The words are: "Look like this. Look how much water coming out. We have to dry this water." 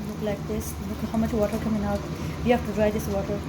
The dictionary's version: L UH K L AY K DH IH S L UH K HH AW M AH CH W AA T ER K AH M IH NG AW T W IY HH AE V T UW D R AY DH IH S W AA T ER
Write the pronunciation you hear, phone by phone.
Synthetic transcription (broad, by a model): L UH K L AY K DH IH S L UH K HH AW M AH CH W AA T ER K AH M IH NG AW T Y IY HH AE F T UW D R AY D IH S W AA T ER